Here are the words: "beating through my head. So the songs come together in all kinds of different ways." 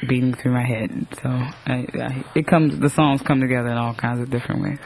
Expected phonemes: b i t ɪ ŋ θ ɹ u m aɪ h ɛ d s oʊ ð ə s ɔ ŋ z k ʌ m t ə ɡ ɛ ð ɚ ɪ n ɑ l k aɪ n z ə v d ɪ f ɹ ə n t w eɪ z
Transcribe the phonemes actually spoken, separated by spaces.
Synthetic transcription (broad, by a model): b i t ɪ ŋ θ ɹ u m aɪ h ɛ d s oʊ ð ə s ɔ ŋ z k ʌ m t ə ɡ ɛ ð ɚ ɪ n ɑ l k aɪ n z ə v d ɪ f ɹ ə n t w eɪ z